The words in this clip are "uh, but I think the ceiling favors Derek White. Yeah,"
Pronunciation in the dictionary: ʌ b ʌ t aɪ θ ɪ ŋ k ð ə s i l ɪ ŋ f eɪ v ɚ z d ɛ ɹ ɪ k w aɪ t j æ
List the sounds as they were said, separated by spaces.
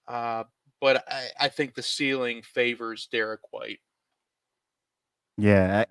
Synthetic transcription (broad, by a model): ʌ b ʌ t aɪ θ ɪ ŋ k ð ə s i l ɪ ŋ f eɪ v ɚ z d ɛ ɹ ɪ k w aɪ t j æ